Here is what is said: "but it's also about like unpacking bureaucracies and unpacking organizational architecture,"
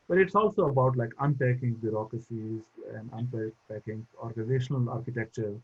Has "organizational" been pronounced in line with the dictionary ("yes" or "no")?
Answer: yes